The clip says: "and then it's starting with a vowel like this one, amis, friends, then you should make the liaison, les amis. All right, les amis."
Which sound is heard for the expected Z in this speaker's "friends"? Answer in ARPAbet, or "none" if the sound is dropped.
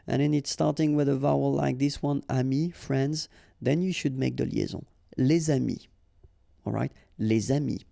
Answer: Z